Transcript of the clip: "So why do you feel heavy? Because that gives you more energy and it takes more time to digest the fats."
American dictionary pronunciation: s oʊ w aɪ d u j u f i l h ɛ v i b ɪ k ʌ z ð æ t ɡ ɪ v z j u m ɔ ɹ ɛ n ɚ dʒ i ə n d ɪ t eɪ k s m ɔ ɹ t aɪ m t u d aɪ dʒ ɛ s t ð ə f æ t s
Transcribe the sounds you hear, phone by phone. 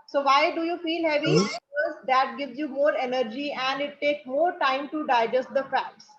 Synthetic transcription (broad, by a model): s oʊ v aɪ d u j u f i l h ɛ v i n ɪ ʌ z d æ t ɡ ɪ v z j u m ɔ ɹ ɛ n ɚ dʒ i ə n d ɪ t eɪ k s m ɔ ɹ t aɪ m t u d aɪ dʒ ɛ s t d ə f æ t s